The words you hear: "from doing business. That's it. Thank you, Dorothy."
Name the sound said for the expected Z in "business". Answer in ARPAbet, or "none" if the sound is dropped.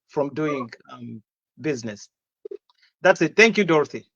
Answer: Z